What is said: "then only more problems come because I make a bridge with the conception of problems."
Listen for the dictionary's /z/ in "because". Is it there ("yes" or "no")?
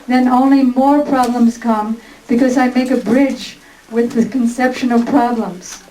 yes